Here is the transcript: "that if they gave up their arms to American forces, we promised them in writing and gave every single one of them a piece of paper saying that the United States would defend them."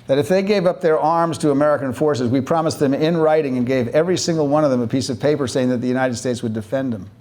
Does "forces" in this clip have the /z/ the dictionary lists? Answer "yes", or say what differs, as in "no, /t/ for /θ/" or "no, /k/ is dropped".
yes